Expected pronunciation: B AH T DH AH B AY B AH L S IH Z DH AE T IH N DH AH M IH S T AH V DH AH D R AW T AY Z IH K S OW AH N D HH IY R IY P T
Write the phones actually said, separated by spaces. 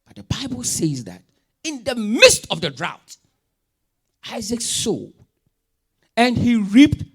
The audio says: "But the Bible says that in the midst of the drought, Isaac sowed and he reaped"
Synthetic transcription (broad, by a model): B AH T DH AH B AY B AH L S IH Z DH AE T IH N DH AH M IH S T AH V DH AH D R AW T AY Z IH K S OW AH N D HH IY R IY P T